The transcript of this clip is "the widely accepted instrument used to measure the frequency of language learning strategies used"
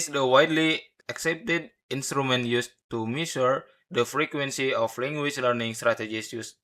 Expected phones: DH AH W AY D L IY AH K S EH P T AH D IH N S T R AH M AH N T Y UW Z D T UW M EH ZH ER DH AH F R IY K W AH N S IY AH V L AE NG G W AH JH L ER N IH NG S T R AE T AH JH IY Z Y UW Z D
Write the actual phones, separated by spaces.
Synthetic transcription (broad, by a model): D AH W AY D L IY AH K S EH P T AH D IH N S T R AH M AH N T Y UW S T UW M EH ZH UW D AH F R IY K W AH N S IY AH F L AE NG G W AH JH L ER N IH NG S T R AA T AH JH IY S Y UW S